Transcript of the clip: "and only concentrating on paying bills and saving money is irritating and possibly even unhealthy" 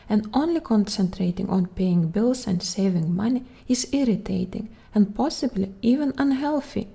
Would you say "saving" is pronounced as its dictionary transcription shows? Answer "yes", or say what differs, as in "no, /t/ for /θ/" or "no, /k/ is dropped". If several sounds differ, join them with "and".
yes